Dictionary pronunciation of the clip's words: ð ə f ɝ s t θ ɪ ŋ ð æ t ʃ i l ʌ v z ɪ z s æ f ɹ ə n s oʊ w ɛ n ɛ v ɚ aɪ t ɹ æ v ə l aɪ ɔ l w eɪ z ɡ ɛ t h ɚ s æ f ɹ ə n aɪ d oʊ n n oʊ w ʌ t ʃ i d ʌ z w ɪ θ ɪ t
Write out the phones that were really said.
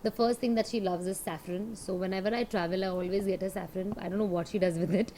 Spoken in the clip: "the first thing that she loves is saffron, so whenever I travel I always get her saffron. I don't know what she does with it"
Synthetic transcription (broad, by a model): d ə f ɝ s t t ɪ ŋ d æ t ʃ i l ʌ v z ɪ z s æ f ɹ ə n s oʊ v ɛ n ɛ v ɚ aɪ t ɹ æ v ə l aɪ ɔ l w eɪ z ɡ ɛ t h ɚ s æ f ɹ ə n aɪ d oʊ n n oʊ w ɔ t ʃ i d ʌ z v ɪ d ɪ t